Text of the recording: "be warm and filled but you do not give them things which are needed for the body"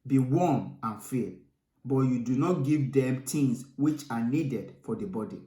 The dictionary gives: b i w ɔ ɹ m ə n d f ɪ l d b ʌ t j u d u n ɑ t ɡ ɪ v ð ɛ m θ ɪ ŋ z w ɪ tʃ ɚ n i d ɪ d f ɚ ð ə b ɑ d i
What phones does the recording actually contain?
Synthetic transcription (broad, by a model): b i w ɔ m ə n f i b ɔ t j u d u n ɑ t ɡ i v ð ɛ m t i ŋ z w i tʃ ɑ n i d ɪ d f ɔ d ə b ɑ d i